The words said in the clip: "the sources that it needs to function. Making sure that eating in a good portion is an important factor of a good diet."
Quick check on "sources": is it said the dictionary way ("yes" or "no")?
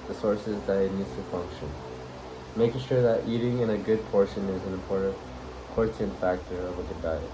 yes